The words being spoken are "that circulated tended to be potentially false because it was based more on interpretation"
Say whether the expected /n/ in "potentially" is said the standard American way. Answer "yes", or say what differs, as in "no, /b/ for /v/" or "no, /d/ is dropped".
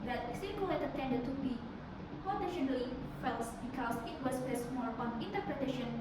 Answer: no, /n/ is dropped